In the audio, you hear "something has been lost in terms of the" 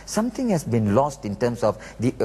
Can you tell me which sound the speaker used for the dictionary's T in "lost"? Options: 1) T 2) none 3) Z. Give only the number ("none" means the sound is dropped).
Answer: 1